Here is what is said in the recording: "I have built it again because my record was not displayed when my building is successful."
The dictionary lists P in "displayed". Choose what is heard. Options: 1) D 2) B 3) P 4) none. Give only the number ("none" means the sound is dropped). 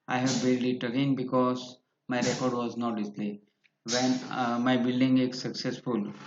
4